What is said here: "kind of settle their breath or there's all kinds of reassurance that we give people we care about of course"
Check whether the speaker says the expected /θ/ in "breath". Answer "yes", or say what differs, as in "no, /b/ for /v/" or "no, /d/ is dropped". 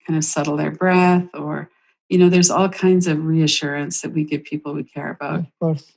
yes